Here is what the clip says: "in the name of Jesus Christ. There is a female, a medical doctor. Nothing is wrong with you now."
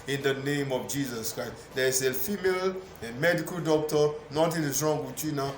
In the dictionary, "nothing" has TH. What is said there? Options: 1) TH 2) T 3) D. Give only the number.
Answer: 2